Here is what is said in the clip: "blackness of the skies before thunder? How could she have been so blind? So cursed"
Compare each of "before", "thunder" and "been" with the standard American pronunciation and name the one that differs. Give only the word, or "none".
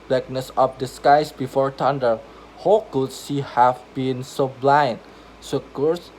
thunder